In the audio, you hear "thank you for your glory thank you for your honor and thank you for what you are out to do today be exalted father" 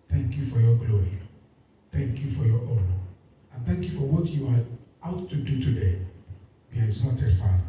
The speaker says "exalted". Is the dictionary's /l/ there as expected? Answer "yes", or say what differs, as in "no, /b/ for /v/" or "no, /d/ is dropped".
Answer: no, /l/ is dropped